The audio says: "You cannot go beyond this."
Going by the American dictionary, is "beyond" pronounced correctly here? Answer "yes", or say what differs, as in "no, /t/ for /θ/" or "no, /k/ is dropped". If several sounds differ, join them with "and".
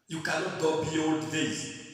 no, /n/ is dropped